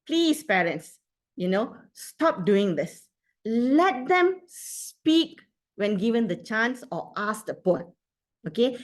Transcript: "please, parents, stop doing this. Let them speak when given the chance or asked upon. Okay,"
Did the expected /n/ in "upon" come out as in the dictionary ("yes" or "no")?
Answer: no